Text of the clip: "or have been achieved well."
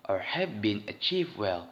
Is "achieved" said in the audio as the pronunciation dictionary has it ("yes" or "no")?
yes